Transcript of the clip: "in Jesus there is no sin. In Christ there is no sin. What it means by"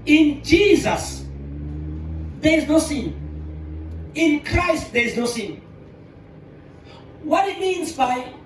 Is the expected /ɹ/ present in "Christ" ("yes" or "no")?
yes